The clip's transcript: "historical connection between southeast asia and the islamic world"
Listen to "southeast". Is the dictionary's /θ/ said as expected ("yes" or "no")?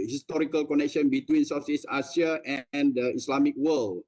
no